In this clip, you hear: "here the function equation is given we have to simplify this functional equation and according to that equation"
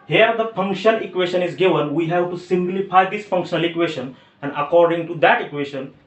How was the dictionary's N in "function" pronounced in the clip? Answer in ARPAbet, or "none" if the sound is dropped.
L